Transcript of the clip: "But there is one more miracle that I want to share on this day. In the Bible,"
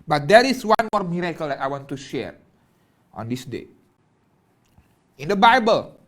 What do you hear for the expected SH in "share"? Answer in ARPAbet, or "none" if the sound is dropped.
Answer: SH